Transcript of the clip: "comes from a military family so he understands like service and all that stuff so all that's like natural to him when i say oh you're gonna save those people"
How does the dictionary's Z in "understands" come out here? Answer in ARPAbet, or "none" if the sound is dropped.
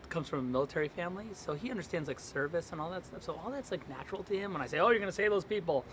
Z